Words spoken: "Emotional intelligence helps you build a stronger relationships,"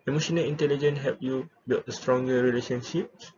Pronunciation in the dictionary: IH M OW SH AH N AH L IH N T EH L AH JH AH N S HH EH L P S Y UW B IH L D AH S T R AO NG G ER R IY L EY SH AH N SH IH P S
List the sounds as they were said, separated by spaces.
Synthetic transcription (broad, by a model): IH M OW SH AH N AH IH N T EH L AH JH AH N HH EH P Y UW B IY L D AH S T R AO NG G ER R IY L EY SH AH N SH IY P S